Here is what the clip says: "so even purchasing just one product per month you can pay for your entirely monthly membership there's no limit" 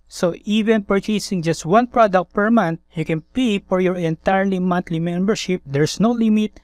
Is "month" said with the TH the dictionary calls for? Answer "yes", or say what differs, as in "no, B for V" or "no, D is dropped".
no, T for TH